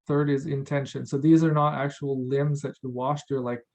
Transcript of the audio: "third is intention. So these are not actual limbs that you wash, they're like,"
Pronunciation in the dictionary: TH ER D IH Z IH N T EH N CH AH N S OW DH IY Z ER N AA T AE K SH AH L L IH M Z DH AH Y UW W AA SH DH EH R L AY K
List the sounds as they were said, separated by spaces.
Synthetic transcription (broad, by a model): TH ER D IH Z IH N T EH N SH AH N S OW DH IY Z ER N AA T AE K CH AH L L IH M Z DH AH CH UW W AA SH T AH R L AY K